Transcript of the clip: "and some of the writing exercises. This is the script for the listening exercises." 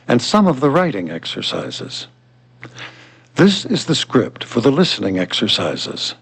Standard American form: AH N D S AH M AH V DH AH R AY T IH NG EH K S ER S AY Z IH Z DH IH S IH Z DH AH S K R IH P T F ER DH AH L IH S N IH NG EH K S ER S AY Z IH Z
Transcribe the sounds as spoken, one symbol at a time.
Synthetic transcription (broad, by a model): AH N S AH M AH V DH AH R AY T IH NG EH K S ER S AY Z IH Z DH IH S IH Z DH AH S K R IH P T F ER DH AH L IH S N IH NG EH K S ER S AY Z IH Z